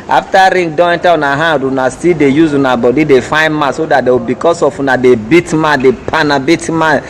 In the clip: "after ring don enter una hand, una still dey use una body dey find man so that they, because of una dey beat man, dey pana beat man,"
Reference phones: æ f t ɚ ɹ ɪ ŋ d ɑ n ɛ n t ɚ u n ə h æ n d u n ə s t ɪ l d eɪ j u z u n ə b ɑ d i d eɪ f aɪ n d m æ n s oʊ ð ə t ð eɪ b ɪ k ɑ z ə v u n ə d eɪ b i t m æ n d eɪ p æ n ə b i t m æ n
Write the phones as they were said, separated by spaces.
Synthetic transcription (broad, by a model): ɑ f t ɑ ɹ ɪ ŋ d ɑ ɛ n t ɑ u n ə h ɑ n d u n ə s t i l d eɪ j u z u n ə b ɑ d i d eɪ f aɪ n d m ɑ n s oʊ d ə t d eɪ b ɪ k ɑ s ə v u n ə d eɪ b i t m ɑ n d eɪ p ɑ n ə b i t m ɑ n